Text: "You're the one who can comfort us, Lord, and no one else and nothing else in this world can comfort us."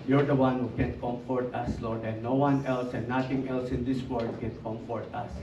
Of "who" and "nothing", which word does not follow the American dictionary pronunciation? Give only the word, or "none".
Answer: nothing